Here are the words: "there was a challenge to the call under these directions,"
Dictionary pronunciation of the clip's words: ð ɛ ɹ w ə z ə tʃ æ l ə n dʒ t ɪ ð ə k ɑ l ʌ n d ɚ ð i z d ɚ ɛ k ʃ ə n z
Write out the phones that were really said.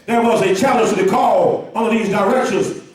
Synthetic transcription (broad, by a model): ð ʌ ɹ w ə z ə tʃ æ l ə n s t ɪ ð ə k ɑ l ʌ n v ð i z d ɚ ɛ k ʃ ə n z